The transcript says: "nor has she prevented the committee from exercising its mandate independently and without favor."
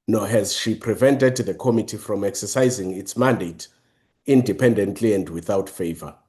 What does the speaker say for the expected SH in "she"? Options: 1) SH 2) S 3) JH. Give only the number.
1